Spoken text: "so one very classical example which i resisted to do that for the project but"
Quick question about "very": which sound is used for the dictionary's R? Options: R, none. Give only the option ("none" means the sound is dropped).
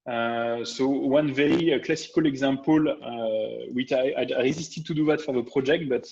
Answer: none